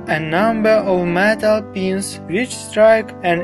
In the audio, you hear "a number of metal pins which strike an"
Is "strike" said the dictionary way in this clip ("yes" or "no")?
yes